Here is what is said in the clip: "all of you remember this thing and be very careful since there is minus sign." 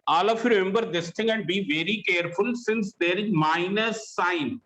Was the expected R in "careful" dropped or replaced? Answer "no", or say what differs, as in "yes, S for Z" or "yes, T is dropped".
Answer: no